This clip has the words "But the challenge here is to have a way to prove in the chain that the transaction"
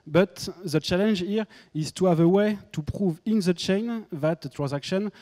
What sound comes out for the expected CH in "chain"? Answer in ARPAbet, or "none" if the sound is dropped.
CH